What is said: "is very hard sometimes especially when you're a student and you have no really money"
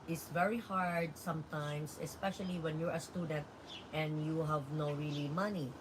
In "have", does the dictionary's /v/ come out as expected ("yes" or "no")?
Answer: yes